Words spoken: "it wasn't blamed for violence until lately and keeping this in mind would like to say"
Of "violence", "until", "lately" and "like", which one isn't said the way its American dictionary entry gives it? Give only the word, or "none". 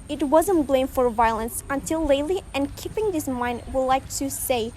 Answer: none